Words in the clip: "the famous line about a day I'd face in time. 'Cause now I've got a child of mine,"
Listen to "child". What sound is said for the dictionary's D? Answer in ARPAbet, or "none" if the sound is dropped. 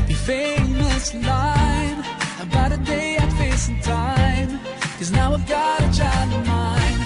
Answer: none